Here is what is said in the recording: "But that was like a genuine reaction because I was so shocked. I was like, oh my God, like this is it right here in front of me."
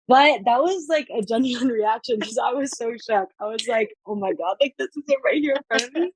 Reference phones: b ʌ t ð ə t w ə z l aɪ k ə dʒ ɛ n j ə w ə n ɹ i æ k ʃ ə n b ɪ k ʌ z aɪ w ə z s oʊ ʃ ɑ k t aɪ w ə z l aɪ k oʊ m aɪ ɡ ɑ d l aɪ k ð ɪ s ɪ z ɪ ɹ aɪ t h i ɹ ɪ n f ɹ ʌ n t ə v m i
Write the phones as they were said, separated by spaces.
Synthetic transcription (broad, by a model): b ʌ t ð ə t w ə z l aɪ k ə dʒ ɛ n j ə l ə n ɹ i æ k ʃ ə n k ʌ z aɪ w ə z s oʊ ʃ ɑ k aɪ w ə z l aɪ k oʊ m aɪ ɡ ɑ d l aɪ k ð ɪ s ɪ z ɪ ɹ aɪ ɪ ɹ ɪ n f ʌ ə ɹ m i